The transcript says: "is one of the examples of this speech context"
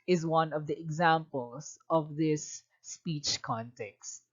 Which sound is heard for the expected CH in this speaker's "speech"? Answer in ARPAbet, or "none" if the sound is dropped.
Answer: CH